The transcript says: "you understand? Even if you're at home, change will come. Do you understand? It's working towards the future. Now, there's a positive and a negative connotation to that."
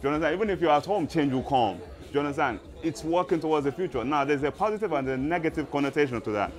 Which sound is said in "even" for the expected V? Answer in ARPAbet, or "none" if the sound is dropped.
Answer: V